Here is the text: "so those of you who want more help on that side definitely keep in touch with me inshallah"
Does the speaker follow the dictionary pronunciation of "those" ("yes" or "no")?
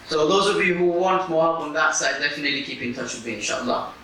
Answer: yes